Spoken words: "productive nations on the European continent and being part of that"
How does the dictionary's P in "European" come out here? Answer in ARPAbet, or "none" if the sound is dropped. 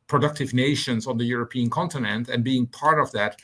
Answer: P